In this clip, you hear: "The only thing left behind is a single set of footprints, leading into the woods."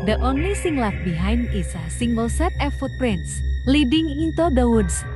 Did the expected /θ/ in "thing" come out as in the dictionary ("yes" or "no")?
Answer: no